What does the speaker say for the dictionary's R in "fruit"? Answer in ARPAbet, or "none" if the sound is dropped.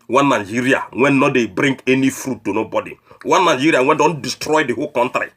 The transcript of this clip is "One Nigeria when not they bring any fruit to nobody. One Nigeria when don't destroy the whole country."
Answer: R